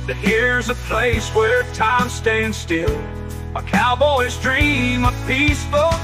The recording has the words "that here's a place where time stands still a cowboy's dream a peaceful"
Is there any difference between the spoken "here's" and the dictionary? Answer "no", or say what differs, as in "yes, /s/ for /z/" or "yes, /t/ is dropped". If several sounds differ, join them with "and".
no